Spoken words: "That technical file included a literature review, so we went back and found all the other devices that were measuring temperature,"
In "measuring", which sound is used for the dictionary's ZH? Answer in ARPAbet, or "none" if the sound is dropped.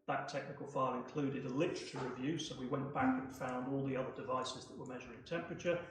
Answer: ZH